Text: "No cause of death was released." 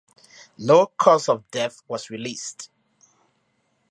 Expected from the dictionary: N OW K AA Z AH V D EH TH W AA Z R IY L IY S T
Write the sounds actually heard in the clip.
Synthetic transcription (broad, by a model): L OW K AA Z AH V D EH TH W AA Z R IY L IY S T